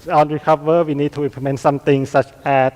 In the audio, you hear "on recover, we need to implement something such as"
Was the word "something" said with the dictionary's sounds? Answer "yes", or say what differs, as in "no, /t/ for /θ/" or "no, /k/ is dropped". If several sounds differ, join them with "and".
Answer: no, /t/ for /θ/